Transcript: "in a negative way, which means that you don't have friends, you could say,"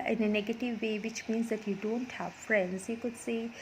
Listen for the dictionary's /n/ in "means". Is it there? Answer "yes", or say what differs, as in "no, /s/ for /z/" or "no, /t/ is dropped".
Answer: yes